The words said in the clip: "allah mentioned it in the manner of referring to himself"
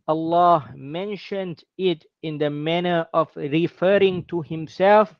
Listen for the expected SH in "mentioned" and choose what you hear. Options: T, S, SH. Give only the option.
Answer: SH